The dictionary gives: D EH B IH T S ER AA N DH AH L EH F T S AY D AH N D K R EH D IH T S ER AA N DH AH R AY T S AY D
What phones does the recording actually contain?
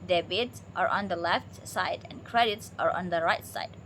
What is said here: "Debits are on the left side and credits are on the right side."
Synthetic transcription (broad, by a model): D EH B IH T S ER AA N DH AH L EH F T S AY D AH N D K R EH D IH T S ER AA N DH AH R AY T S AY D